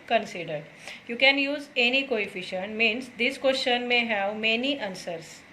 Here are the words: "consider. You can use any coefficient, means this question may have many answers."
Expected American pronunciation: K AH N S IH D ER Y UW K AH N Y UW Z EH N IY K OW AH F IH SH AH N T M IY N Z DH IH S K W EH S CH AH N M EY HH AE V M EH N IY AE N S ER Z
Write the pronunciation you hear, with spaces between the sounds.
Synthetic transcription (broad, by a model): K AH N S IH D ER Y UW K AH N Y UW Z EH N IY K OW AH F IH SH AH N T M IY N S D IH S K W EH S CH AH N M EY HH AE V M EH N IY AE N S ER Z